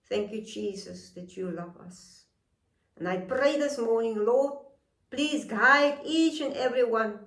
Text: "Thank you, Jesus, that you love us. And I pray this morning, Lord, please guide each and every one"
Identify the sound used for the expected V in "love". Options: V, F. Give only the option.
V